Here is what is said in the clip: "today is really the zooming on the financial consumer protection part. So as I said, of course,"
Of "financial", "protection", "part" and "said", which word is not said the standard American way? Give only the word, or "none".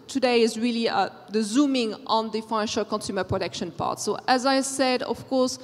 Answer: none